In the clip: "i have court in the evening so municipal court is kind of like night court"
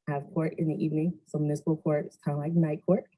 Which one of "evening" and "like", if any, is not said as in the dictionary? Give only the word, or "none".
none